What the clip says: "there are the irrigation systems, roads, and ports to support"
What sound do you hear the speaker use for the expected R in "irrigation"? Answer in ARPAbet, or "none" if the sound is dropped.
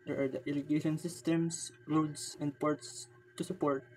L